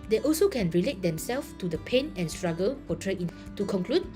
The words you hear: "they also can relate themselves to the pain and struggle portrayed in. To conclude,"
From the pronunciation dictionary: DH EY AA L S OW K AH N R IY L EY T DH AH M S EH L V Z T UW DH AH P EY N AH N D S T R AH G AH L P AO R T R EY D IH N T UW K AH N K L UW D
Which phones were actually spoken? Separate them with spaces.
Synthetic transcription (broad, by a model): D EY AA L S OW K AH N R IY L EY T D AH M S EH L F T UW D AH P EY N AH N S T R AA G AH L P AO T R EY IH N T UW K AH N K L UW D